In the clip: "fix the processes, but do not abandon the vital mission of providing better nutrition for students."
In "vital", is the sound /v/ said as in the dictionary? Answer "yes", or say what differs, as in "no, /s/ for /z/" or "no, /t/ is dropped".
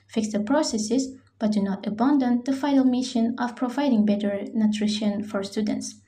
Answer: no, /f/ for /v/